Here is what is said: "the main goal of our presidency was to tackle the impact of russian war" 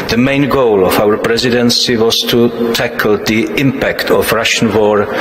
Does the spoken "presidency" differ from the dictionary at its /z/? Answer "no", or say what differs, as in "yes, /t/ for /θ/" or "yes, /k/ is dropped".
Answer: no